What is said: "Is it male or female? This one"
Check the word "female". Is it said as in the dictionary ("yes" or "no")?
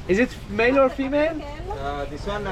yes